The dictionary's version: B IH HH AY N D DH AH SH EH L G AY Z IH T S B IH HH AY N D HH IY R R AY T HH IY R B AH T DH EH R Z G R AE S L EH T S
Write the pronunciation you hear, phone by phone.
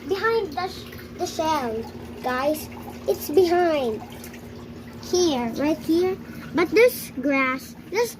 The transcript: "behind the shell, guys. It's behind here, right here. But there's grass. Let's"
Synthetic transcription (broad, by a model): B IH HH AY N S DH AH S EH N G AY Z IH T S B IH HH AY N D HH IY R R AY T HH IY R B AH T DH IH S G R AE S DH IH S